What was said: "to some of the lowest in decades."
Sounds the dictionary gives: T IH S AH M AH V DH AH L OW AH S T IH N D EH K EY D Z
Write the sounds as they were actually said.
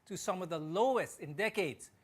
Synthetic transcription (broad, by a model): T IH S AH M AH V DH AH L OW AH S T IH N D EH K EY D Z